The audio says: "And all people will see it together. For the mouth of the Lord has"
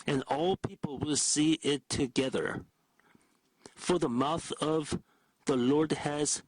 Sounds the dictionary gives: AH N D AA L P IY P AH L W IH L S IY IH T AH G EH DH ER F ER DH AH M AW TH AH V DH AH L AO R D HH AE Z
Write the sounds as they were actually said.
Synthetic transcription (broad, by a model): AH N AA L P IY P L W IH L S IY IH T AH G EH DH ER F ER DH AH M AW TH AH V DH AH L AO R D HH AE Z